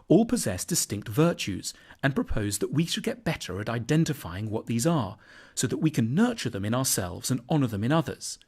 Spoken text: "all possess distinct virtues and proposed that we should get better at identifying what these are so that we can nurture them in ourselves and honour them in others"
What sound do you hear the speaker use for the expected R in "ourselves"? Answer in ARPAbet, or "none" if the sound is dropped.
R